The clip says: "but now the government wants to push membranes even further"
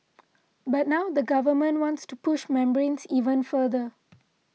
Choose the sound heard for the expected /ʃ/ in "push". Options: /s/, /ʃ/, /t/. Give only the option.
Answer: /ʃ/